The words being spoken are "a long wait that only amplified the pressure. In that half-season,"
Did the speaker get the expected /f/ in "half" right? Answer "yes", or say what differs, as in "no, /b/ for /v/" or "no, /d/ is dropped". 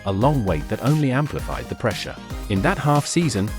yes